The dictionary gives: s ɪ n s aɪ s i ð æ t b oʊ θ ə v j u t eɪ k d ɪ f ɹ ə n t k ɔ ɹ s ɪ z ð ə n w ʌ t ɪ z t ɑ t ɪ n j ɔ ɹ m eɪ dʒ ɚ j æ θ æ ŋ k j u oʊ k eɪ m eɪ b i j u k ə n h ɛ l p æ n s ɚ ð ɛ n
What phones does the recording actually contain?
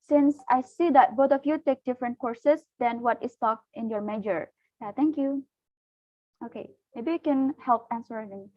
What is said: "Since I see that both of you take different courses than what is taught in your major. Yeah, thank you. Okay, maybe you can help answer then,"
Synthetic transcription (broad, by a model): s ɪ n s aɪ s i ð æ t b oʊ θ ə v j u t eɪ k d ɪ f ɹ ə n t k ɔ ɹ s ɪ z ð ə n w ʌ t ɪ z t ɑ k ɪ n j ɔ ɹ m eɪ dʒ ɚ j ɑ t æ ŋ k j u oʊ k eɪ m eɪ b i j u k ə n h ɛ l p æ n s ɚ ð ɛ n